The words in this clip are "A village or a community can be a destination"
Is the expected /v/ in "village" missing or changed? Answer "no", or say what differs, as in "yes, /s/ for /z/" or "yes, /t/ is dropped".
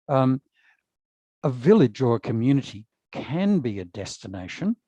no